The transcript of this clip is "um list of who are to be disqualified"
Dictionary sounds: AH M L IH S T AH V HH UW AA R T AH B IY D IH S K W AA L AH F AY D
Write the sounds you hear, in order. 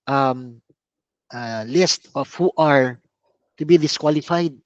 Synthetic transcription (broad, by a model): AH M L IH S T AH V HH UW AA R T AH B IY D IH S K W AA L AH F AY D